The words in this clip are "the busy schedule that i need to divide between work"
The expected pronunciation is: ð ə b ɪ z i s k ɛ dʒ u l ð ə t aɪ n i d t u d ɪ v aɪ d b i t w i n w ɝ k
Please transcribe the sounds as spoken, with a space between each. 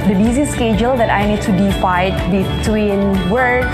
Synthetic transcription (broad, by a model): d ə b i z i s k ɛ dʒ u l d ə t aɪ n i d t u d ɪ f aɪ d b i t w i n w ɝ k